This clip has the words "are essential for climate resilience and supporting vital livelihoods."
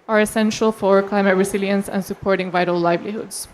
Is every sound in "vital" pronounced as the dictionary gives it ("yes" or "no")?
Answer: yes